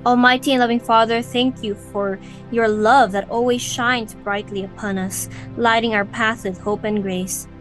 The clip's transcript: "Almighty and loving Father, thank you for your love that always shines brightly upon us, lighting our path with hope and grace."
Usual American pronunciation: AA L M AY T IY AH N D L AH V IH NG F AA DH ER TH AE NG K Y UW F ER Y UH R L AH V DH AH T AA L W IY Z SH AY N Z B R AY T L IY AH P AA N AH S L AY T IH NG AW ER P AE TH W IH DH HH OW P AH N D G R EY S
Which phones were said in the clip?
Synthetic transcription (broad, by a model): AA L M AY T IY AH N L AH V IH NG F AA DH ER TH AE NG K Y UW F ER Y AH R L AH V DH AH T AA L W IY Z SH AY N Z B R AY T L IY AH P AA N AH S L AY T IH NG AW ER P AE TH W IH DH HH OW P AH N G R EY S